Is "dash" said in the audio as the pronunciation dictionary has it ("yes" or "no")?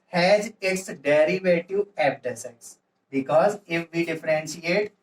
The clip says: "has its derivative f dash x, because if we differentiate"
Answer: no